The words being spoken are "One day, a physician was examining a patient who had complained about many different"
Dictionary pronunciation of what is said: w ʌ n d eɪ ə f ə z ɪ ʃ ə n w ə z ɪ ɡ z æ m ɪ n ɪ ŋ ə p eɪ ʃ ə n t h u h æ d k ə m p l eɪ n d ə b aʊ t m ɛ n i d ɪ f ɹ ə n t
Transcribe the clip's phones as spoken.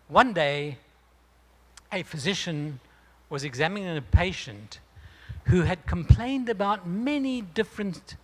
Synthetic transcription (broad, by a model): w ʌ n d eɪ ə f ə z ɪ ʃ ə n w ə z ɪ ɡ z æ m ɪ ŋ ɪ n ə p eɪ ʃ ə n t h u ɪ d k ə m p l eɪ n d ə b aʊ t m ɛ n i d ɪ f ɹ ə n